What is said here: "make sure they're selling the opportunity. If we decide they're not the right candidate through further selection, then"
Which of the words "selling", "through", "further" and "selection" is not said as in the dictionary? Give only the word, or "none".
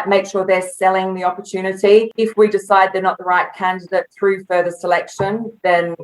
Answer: none